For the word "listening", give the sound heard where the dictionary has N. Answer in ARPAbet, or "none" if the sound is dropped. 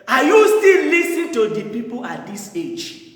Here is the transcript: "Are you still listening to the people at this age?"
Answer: none